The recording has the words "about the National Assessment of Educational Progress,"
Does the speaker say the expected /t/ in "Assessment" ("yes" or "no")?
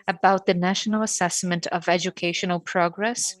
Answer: yes